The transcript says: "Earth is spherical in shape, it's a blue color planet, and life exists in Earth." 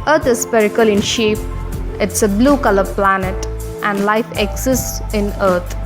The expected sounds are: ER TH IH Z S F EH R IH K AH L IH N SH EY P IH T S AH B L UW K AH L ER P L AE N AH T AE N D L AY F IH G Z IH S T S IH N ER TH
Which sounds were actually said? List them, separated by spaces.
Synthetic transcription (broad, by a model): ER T IH Z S P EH R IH K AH L IH N SH EY P IH T S AH B L UW K AH L ER P L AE N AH T AE N D L AY F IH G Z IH S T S IH N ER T